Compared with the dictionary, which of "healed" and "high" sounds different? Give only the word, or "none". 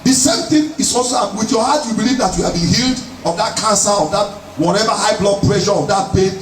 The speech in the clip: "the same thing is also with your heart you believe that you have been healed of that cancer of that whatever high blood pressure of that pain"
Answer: none